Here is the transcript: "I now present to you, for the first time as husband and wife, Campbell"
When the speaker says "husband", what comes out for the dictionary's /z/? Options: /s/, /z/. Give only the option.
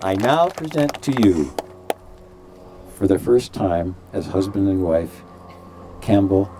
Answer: /z/